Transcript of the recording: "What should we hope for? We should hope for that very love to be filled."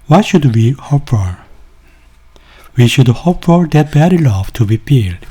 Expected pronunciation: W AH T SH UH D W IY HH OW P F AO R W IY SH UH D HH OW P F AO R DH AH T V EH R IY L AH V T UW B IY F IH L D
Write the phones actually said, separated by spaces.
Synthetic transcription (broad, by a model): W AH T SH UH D W IY HH OW P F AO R W IY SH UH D HH OW P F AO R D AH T B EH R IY L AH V T UW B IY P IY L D